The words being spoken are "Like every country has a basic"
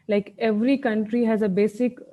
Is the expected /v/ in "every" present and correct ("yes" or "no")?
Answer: yes